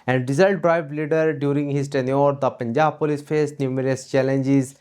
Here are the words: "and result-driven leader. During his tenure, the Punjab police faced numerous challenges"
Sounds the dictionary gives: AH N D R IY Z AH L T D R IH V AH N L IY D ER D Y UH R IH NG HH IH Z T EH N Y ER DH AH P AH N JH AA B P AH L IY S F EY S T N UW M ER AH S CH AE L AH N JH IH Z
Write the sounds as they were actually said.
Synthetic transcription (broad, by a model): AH N D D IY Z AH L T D R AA AH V L IY D ER D Y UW R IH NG HH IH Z T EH N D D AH P AH N JH AA B P AH L IY S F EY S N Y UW M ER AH S CH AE L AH N JH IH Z